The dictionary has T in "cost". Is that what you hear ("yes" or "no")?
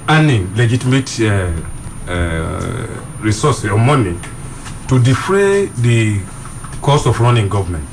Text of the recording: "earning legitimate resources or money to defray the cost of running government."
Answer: no